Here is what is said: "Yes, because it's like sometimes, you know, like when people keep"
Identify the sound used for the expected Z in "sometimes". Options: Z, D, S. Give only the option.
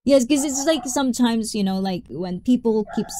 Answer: Z